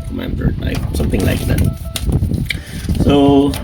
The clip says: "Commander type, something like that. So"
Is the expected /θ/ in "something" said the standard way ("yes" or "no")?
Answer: yes